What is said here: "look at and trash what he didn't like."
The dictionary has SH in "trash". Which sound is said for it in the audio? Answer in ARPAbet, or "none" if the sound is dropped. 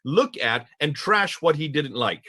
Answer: SH